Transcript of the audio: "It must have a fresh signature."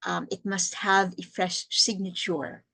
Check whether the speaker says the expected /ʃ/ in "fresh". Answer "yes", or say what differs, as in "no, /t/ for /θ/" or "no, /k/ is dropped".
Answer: yes